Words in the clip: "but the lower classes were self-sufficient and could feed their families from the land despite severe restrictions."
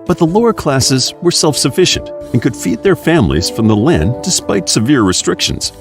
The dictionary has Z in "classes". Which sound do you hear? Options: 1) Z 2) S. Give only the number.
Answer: 1